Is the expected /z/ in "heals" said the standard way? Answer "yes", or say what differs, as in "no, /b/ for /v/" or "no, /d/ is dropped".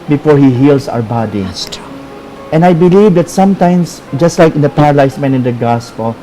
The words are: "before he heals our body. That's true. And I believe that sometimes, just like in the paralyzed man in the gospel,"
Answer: no, /s/ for /z/